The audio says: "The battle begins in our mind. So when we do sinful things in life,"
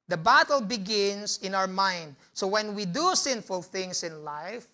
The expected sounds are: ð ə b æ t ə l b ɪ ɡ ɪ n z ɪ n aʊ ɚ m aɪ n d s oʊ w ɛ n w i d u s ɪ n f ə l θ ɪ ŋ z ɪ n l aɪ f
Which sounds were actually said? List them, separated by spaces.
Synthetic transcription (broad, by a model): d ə b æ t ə l b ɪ ɡ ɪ n s ɪ n aʊ ɚ m aɪ n d s oʊ w ɛ n w i d u s ɪ n f ə l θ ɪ ŋ s ɪ n l aɪ f